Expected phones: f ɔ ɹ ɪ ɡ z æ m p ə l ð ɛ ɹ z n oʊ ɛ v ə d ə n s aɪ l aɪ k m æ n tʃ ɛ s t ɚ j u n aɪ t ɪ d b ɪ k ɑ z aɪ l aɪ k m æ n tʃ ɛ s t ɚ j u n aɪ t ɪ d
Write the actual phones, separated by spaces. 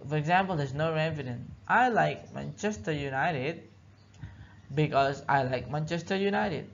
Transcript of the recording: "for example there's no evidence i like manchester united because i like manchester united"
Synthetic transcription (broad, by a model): f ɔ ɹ ɪ ɡ z æ m p ə l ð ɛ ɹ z n oʊ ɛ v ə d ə n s aɪ l aɪ k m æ n tʃ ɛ s t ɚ j u n aɪ t ɪ d b ɪ k ɑ z aɪ l aɪ k m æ n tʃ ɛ s t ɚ j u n aɪ t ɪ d